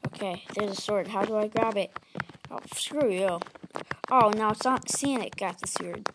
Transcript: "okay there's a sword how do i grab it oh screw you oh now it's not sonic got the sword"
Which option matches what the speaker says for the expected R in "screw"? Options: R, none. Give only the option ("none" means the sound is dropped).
R